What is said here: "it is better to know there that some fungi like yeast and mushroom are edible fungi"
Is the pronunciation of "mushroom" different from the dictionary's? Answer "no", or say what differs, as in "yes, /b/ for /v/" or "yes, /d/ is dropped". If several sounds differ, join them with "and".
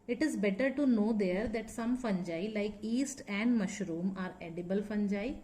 no